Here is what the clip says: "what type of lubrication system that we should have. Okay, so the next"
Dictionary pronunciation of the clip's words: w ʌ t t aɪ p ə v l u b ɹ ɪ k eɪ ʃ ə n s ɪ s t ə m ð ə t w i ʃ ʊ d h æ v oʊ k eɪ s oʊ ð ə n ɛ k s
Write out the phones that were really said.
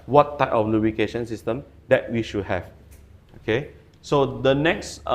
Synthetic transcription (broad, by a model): w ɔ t t aɪ p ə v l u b ɪ k eɪ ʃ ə n s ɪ s t ə m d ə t w i ʃ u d h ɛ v oʊ k eɪ s oʊ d ə n ɛ k s